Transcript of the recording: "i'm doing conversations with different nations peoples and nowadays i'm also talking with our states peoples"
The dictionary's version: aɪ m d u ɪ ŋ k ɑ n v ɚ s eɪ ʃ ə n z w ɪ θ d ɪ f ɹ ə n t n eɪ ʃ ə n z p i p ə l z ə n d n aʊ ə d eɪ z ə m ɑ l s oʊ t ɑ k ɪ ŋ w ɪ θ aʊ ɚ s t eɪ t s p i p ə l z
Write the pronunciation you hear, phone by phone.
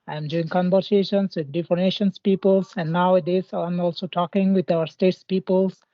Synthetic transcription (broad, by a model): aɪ m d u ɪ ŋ k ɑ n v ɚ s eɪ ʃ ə n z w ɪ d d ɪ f ə t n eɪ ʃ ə n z p i p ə l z ə n d n aʊ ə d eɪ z ə m ɑ l s oʊ t ɑ k ɪ ŋ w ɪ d aʊ ɚ s t eɪ t s p i p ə l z